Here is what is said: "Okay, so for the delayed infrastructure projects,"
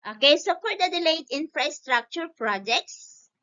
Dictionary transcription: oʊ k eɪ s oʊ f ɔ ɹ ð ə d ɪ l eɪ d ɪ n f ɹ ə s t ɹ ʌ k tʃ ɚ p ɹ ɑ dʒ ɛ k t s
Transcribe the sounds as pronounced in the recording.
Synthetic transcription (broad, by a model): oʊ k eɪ s oʊ p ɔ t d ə d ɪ l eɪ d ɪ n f ɹ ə s t ɹ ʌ k tʃ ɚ p ɹ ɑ dʒ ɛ k t s